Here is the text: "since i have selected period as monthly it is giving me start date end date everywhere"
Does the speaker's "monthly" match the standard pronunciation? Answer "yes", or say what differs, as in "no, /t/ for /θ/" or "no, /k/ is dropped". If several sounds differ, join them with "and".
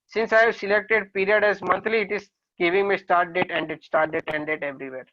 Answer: no, /t/ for /θ/